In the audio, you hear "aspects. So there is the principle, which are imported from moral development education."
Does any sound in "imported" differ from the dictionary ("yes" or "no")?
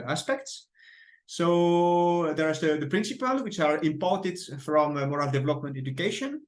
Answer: no